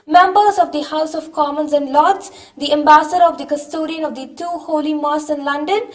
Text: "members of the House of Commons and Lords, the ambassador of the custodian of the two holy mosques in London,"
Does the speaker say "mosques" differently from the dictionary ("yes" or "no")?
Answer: yes